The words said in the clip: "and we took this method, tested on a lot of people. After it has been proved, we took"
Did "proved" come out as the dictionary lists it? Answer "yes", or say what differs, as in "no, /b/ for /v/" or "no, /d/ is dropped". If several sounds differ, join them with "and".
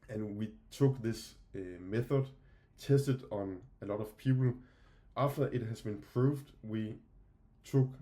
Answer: yes